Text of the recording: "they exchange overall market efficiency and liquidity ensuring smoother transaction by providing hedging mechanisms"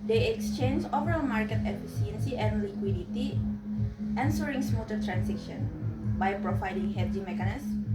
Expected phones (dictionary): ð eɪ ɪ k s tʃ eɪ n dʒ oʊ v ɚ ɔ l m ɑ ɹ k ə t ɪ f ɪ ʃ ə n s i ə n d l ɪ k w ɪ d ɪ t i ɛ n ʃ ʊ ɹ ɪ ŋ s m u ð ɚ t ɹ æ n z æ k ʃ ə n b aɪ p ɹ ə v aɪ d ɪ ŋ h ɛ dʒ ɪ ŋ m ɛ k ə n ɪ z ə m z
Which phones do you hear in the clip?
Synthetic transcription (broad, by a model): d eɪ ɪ k s tʃ eɪ n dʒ oʊ v ɚ ɔ l m ɑ ɹ k ə t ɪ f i s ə n s i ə n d l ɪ k w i d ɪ t i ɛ n s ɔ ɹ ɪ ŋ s m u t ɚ t ɹ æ n s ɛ k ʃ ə n b aɪ p ɹ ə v aɪ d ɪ ŋ h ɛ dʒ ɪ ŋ m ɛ k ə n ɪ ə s